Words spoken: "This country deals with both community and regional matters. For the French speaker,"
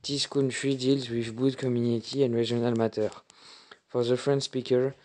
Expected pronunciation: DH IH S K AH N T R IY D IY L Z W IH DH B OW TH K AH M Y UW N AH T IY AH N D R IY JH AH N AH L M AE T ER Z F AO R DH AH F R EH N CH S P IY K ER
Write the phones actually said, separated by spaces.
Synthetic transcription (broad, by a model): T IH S K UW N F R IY D IY L Z W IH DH B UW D K AH M Y UW N AH T IY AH N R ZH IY AH N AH L M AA T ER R F AO R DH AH F R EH N S P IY K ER